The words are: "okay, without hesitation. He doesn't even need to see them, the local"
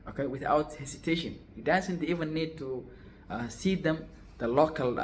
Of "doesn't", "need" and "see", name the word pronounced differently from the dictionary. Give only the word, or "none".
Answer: doesn't